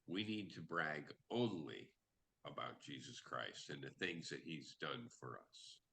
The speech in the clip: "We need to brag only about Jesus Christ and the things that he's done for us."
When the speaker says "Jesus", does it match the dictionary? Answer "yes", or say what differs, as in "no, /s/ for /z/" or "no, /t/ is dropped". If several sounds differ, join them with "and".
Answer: yes